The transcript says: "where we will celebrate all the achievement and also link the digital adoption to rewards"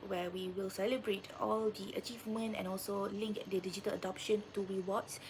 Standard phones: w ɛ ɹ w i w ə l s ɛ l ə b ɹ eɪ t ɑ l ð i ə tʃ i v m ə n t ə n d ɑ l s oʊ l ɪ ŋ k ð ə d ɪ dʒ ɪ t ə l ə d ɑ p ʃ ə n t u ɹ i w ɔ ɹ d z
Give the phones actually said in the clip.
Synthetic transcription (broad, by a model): w ɛ w i w ə l s ɛ l ə b ɹ eɪ t ɑ l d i ə tʃ i v m ə n t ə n ɑ l s oʊ l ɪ ŋ k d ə d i dʒ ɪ t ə l ə d ɑ p ʃ ə n t u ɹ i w ɔ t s